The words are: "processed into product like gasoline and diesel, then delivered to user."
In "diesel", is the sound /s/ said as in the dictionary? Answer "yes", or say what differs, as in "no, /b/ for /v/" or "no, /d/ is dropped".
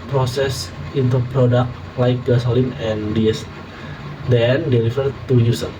no, /s/ is dropped